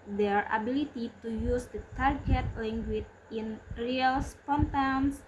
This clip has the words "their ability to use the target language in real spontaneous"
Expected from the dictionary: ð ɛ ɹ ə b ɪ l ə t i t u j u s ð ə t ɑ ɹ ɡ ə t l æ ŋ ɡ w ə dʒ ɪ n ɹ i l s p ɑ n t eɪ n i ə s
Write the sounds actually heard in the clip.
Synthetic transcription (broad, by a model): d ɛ ɹ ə b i l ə t i t u j u s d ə t ɑ ɹ ɡ ə t l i ŋ ɡ w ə tʃ ɪ n ɹ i l s p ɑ n t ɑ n s